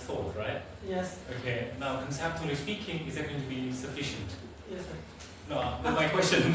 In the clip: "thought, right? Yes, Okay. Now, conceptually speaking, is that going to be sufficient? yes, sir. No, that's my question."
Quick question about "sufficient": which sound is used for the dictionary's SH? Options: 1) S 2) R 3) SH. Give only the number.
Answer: 3